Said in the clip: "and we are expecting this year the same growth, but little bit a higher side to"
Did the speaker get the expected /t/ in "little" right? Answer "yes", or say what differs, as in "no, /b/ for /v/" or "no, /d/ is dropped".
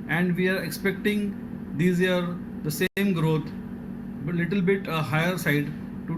yes